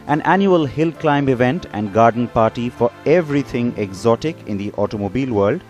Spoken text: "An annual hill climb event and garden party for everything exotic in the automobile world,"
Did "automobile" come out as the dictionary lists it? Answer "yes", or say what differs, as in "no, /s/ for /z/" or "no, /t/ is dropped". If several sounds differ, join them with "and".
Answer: yes